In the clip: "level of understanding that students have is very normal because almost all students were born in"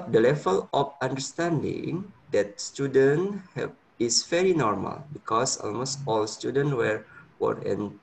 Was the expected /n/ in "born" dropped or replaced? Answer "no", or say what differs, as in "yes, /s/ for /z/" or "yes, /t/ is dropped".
yes, /n/ is dropped